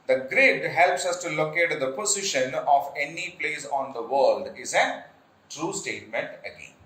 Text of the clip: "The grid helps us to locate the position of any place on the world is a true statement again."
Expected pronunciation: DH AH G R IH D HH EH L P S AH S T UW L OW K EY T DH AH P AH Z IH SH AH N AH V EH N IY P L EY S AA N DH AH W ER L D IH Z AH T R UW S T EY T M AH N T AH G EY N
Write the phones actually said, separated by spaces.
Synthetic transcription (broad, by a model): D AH G R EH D HH EH L P S AH S T UW L OW K EY T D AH P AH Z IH SH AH N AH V EH N IY P L EY S AA N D AH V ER L D IH Z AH T R UW S T EY T M AH N T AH G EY N